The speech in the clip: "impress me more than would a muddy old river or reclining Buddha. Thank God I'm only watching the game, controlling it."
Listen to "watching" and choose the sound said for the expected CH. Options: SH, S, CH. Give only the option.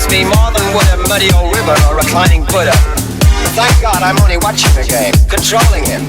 CH